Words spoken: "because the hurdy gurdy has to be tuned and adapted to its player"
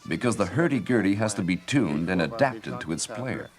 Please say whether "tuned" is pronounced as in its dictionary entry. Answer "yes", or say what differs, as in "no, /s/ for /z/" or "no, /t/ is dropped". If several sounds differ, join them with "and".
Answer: yes